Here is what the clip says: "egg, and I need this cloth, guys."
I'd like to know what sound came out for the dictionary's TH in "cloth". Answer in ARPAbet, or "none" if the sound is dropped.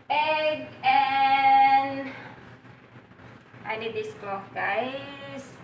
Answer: F